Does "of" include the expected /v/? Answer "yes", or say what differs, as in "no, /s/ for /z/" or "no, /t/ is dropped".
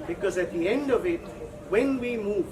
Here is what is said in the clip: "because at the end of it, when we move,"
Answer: yes